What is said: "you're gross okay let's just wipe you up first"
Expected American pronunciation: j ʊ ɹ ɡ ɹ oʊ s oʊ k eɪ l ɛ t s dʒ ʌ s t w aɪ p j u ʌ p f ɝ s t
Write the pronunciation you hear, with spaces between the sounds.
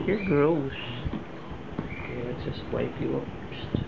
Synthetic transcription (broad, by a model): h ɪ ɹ ɡ ɹ oʊ s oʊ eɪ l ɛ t dʒ ʌ s t w aɪ p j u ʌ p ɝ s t